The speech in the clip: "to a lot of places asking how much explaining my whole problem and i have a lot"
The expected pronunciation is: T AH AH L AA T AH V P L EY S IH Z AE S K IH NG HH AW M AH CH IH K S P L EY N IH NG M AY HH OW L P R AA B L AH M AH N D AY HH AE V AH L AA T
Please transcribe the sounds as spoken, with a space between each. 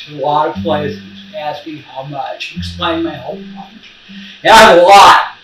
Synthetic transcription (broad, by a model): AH AH L AA T AH V P L EY S IH Z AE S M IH HH AW M AH CH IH K S P L EY IH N M AY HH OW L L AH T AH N AY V AH L AA T